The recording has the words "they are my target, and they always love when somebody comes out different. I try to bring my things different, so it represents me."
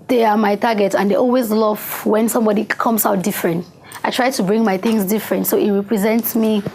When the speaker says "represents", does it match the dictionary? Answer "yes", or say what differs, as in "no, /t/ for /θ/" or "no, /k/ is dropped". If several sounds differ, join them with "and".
yes